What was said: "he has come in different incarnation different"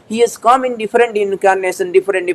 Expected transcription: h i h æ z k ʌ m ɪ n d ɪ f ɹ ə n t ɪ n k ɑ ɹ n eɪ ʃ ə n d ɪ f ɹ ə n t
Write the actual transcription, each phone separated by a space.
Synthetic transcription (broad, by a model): h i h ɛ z k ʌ m ɪ n d ɪ f ɹ ə n t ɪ n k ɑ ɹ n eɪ s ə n d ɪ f ɹ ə n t